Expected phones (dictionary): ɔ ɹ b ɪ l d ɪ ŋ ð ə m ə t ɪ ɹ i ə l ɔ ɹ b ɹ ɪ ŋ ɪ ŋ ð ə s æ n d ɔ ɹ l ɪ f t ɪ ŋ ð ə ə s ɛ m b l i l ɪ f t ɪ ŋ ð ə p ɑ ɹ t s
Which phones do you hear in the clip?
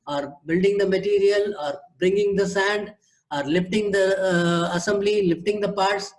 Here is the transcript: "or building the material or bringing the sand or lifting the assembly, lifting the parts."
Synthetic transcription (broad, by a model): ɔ ɹ b ɪ l d ɪ ŋ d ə m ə t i ɹ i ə l ɔ ɹ b ɹ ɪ ŋ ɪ ŋ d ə s æ n d ɔ ɹ l ɪ f t ɪ ŋ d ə ə s ɛ m b l i l ɪ f t ɪ ŋ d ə p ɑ ɹ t s